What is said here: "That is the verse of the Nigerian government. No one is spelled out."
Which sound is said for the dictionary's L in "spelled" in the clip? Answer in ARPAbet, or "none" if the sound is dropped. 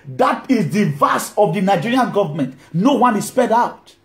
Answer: none